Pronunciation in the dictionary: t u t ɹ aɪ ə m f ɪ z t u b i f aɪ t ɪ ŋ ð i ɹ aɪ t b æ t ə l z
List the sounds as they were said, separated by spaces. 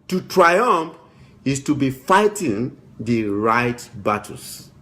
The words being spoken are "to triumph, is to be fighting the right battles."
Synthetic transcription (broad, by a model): t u t ɹ aɪ ə m f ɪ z t u b i f aɪ t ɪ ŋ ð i ɹ aɪ t b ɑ t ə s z